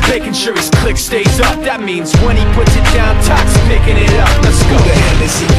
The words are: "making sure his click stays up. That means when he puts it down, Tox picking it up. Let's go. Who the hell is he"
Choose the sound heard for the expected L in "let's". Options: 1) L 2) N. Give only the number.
2